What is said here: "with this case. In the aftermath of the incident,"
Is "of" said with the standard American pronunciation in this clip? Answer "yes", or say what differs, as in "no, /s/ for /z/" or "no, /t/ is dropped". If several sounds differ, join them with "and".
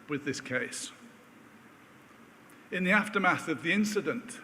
yes